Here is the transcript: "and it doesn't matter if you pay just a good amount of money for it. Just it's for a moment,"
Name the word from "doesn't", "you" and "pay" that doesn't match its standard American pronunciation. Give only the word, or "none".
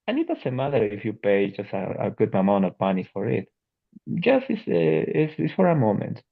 doesn't